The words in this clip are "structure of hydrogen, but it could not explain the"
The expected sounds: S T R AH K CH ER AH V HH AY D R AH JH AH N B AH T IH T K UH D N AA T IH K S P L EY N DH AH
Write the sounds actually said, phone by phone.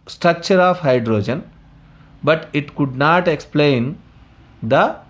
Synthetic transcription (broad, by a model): S T R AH K CH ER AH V HH AY D R AH JH AH N B AH T IH T K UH D N AA T IH K S P L EY N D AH